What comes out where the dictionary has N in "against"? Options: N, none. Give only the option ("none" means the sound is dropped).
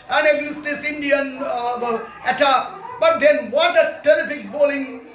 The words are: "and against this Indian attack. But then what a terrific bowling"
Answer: none